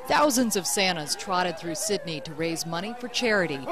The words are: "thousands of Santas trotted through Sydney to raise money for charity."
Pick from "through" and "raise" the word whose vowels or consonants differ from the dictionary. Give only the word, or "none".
none